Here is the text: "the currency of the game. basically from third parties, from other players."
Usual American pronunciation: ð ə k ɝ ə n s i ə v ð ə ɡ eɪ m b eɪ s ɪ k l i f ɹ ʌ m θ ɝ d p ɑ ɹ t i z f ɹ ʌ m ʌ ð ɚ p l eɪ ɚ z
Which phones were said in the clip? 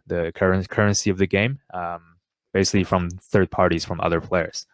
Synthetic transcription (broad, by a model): ð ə k ɝ ə n s i ə v ð ə ɡ eɪ m b eɪ s ɪ k l i f ɹ ʌ m θ ɝ d p ɑ ɹ t i z f ɹ ʌ m ʌ ð ɚ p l eɪ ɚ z